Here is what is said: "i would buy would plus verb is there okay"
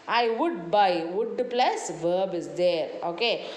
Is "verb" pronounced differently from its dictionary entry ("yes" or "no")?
no